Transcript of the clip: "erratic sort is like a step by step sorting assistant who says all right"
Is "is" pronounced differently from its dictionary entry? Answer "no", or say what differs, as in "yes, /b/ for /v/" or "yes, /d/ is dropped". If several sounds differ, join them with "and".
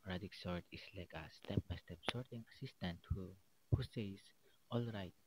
yes, /s/ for /z/